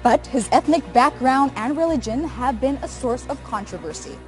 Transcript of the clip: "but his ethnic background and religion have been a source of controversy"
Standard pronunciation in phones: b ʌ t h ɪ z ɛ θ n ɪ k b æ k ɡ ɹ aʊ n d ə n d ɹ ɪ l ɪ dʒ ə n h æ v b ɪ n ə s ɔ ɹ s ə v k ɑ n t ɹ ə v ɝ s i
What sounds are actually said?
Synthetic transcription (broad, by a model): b ʌ t h ɪ z ɛ θ n ɪ k b æ k ɡ ɹ aʊ n d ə n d ɹ ɪ l ɪ dʒ ə n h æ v b ɪ n ə s ɔ ɹ s ə v k ɑ n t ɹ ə v ɝ s i